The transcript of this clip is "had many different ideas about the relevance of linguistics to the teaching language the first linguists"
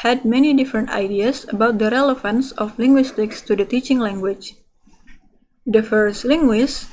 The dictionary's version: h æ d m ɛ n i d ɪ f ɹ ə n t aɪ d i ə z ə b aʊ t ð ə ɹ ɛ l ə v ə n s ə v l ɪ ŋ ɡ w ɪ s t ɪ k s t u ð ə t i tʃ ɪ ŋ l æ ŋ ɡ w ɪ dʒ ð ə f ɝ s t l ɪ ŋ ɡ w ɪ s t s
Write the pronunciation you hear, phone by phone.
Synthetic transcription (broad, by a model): h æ d m ɛ n i d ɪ f ɹ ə n t aɪ d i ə s ə b aʊ t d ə ɹ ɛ l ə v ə n s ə f l ɪ ŋ ɡ w ɪ s t ɪ k s t u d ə t i tʃ ɪ ŋ l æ ŋ ɡ w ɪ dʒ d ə f ɝ s t l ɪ ŋ ɡ w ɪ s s